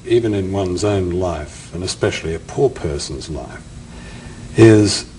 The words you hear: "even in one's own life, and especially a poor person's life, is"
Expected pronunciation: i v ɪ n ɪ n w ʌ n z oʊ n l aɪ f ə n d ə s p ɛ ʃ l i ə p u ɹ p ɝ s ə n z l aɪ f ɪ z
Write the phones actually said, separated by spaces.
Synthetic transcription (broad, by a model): i v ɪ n ɪ n w ʌ n z oʊ n l aɪ f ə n ə s p ɛ ʃ l i ə p u ɹ p ɝ s n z l aɪ f ɪ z